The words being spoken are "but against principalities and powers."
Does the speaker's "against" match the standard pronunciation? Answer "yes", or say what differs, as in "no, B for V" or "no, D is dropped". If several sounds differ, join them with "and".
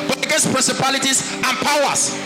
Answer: no, N is dropped